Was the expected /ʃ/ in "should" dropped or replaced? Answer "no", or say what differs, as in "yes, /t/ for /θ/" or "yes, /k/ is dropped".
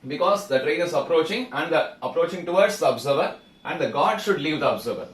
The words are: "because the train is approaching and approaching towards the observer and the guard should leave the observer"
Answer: no